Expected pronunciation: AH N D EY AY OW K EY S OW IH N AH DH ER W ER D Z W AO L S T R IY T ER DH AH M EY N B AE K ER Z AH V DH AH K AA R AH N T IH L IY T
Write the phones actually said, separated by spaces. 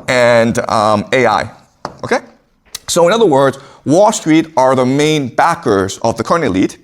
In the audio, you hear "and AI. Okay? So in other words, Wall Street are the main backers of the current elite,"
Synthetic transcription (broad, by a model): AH N D EY AY OW K EY S OW IH N AH DH ER W ER D Z W AO L S T R IY T ER DH AH M EY N B AE K ER Z AH V DH AH K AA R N IH L IY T